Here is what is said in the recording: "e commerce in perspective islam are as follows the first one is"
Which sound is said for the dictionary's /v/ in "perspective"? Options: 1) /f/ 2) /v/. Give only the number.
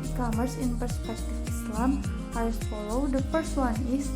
1